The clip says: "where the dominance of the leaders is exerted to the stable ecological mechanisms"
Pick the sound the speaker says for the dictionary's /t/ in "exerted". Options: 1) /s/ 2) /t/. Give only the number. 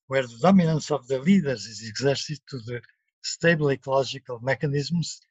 1